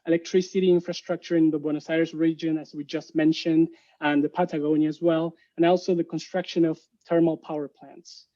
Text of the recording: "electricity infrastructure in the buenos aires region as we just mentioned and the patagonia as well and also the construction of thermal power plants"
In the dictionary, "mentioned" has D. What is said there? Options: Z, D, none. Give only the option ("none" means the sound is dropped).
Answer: D